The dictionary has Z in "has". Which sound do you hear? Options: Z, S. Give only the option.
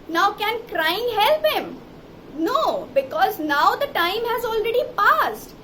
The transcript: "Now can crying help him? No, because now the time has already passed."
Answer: Z